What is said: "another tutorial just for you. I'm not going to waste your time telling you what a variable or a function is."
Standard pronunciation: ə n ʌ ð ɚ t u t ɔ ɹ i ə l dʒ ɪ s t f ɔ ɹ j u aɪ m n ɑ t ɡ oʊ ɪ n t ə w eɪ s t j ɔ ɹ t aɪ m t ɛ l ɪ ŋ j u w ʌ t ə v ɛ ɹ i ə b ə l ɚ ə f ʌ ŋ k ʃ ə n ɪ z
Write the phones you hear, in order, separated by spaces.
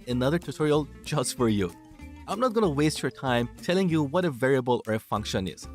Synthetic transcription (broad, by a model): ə n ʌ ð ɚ t u t ɔ ɹ i ə l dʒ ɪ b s f ɔ ɹ j u aɪ m n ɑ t ɡ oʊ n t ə w eɪ s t j ɔ ɹ t aɪ m t ɛ l ɪ ŋ j u w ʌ t ə v ɛ ɹ i ə b ə l ɚ ə f ʌ ŋ k ʃ ə n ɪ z